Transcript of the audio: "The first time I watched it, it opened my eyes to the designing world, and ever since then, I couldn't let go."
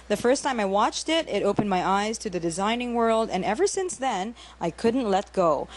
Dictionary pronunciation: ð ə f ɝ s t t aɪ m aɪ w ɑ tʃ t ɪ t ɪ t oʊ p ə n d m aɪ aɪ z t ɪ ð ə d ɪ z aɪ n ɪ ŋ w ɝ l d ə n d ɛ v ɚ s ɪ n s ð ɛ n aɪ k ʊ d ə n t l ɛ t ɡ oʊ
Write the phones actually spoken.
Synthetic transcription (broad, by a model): ð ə f ɝ s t t aɪ m aɪ w ɑ tʃ t ɪ t ɪ t oʊ p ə n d m aɪ aɪ z t ɪ ð ə d ɪ z aɪ n ɪ ŋ w ɝ l d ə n ɛ v ɚ s ɪ n s ð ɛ n aɪ k ʊ d n t l ɛ t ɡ oʊ